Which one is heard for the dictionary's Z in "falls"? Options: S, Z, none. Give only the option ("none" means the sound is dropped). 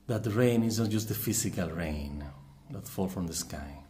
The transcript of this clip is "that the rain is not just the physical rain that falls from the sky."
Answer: none